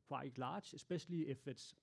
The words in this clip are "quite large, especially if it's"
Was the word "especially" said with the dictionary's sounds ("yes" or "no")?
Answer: no